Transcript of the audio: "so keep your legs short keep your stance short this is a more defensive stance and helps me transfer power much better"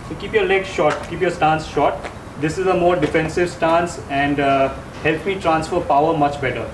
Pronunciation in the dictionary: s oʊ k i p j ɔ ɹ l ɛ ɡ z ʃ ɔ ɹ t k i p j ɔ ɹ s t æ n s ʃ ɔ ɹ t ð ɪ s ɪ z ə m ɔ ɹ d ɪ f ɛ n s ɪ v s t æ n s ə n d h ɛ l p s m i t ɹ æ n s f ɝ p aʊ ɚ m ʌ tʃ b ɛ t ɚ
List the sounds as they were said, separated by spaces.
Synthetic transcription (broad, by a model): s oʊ k i p j ɔ ɹ l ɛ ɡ ʃ ɔ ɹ t k i p j ɔ ɹ s t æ n s ʃ ɔ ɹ t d ɪ s ɪ z ə m ɔ ɹ d ɪ f ɛ n s ɪ v s t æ n s ə n d h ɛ l p m i t ɹ æ n s f ɝ p aʊ ɚ m ʌ tʃ b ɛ t ɚ